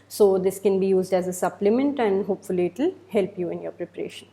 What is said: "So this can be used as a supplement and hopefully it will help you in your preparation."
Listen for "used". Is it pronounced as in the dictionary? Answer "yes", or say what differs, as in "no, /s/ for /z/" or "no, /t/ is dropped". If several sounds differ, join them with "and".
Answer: yes